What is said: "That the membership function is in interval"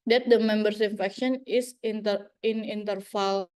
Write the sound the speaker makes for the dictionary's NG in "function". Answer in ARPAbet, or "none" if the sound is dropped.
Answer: none